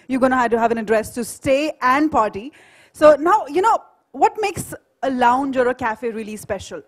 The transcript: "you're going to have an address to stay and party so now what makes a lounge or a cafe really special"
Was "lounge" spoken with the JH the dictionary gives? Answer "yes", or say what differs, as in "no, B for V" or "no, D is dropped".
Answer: yes